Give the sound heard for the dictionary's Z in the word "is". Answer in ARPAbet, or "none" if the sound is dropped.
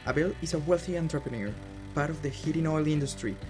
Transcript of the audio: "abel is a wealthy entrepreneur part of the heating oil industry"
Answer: S